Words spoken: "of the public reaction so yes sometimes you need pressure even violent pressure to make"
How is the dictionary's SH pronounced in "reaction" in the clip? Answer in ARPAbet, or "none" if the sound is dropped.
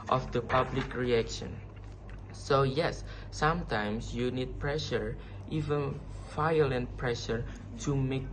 SH